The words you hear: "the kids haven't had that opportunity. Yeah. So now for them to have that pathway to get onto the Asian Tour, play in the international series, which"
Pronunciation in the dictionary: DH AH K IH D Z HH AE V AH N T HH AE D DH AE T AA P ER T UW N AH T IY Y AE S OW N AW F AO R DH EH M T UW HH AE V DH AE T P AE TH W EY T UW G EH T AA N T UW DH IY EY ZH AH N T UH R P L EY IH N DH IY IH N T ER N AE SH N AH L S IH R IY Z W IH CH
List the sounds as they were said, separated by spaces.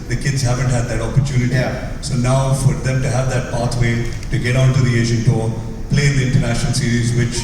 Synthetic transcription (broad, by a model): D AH K IH D Z HH AE V AH N T HH AE D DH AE T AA P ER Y UW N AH T IY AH S OW N AW F AO R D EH M T UW HH AE V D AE T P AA T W EY T UW G EH T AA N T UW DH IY EY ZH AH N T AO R P L EY IH N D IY IH N T ER N AE SH N AH L S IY R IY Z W IH CH